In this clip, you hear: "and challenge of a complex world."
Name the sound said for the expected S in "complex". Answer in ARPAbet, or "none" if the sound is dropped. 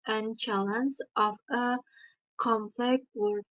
none